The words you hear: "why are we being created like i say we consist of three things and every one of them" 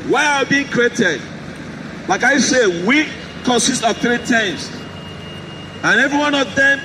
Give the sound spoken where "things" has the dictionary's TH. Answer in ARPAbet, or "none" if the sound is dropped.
T